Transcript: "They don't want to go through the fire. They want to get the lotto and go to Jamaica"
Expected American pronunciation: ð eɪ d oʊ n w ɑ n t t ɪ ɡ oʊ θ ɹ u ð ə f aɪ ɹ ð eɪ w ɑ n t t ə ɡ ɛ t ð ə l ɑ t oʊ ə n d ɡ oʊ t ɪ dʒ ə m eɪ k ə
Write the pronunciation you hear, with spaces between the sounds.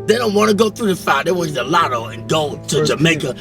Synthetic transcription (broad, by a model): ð eɪ d oʊ n w ɑ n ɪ ɡ oʊ θ ɹ u ð ə f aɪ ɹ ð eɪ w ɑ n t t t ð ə l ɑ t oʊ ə n ɡ oʊ t ɪ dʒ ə m eɪ k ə